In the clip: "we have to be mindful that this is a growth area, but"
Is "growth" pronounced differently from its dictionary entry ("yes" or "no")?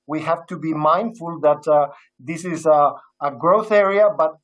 no